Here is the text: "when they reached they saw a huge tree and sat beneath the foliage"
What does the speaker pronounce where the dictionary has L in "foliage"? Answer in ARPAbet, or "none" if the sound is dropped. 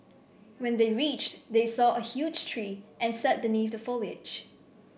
L